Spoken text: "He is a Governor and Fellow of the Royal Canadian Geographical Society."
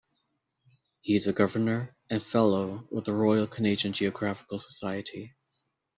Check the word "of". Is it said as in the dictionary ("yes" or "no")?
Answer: no